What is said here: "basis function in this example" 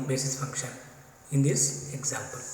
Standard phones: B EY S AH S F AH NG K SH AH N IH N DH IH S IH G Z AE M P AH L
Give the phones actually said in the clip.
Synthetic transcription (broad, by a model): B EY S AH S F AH K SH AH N IH N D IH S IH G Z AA M P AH L